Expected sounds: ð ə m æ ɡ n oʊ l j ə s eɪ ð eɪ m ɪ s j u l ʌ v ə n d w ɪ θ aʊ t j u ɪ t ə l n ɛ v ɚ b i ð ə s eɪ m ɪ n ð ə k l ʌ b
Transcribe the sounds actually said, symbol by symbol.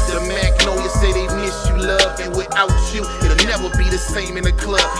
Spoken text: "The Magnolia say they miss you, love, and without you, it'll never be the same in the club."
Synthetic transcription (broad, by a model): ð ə m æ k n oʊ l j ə s eɪ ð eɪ m ɪ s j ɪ l ʌ v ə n w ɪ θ aʊ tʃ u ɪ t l n ɛ v ɚ b i ð ə s eɪ m ɪ n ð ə k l ʌ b